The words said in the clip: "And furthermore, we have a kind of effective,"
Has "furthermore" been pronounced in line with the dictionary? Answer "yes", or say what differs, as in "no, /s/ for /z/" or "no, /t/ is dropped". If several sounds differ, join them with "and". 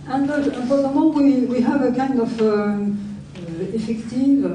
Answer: no, /w/ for /ɹ/